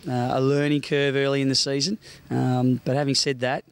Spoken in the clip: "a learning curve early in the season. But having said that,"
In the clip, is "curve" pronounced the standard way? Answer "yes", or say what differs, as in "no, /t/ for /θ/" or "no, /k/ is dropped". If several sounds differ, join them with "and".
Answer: yes